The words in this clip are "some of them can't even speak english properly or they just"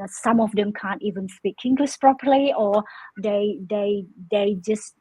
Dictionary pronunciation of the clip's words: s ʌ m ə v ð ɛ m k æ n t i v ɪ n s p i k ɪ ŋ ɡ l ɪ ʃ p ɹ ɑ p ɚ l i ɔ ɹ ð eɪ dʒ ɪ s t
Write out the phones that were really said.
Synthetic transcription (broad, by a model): s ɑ m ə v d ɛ m k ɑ n t i v ɪ n s p i k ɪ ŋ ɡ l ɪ s p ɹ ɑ p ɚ l i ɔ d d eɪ dʒ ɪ s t